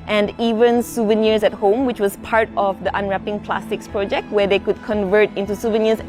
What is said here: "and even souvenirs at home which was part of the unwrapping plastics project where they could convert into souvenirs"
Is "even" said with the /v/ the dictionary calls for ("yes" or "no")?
yes